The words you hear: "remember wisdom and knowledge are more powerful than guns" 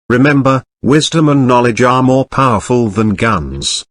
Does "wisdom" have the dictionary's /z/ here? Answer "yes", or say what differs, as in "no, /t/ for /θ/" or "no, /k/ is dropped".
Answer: yes